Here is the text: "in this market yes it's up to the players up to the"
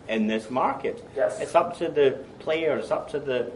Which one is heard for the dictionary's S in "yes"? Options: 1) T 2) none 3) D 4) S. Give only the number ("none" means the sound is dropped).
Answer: 2